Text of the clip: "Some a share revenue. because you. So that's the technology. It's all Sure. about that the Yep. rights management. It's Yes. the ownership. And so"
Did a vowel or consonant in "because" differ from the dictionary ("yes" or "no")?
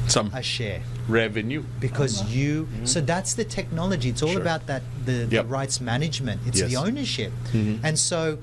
no